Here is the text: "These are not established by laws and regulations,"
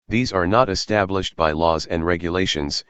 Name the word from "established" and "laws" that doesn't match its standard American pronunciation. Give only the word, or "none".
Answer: none